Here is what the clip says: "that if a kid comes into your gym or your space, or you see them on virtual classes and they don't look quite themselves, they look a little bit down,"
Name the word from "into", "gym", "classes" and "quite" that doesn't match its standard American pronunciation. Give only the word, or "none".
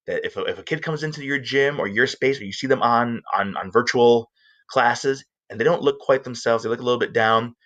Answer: none